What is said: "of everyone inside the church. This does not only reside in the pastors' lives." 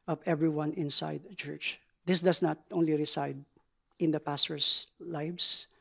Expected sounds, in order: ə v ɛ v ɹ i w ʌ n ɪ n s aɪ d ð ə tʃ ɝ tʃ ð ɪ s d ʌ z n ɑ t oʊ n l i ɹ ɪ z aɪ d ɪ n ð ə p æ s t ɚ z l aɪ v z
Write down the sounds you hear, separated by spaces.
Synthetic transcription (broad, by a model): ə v ɛ v ɹ i w ʌ n ɪ n s aɪ d tʃ ɝ tʃ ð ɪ s d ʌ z n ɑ t oʊ n l i ɹ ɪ s aɪ d ɪ n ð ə p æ s t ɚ s l aɪ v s